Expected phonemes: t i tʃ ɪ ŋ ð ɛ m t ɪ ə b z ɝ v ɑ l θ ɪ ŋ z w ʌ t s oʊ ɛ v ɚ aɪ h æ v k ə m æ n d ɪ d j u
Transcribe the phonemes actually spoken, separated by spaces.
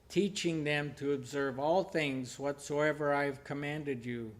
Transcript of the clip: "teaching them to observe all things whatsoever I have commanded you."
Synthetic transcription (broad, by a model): t i tʃ ɪ ŋ ð ɛ m t ɪ ə b z ɝ v ɑ l θ ɪ ŋ z w ʌ t s oʊ ɛ v ɚ aɪ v k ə m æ n d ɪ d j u